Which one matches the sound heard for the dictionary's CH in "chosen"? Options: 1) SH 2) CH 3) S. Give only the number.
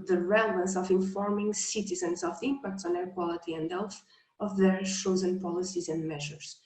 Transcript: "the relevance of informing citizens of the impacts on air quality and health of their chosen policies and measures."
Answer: 1